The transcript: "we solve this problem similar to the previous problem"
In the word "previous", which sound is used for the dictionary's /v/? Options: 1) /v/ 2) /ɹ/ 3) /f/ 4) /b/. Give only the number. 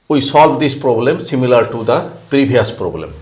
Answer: 4